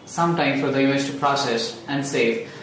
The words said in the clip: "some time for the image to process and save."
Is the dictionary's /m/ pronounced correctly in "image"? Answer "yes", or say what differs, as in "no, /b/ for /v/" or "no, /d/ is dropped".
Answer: no, /m/ is dropped